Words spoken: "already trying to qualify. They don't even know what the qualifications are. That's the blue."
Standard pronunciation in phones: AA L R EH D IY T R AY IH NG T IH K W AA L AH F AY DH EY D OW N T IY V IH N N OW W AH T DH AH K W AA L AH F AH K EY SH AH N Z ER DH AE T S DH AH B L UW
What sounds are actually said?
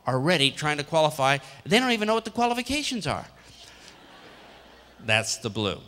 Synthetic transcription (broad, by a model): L R EH D IY T R AY IH NG T IH K W AA L AH F AY DH EY D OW N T IY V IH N N OW W AH T DH AH K W AA L AH F AH K EY SH AH N Z ER DH AE T S DH AH B L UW